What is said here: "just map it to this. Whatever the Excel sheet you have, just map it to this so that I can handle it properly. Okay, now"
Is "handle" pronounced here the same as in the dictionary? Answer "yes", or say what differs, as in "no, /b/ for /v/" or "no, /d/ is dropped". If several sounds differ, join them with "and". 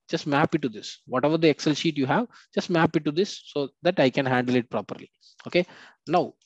yes